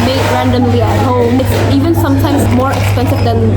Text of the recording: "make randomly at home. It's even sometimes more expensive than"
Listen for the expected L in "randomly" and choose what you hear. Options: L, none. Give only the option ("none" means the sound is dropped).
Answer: L